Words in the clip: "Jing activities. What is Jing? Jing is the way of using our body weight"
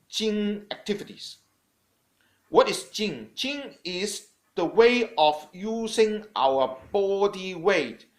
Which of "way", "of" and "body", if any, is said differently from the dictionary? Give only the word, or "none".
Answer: of